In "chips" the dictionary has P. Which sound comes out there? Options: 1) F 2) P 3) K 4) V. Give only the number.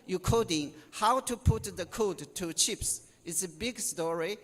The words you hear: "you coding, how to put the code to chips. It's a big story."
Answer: 2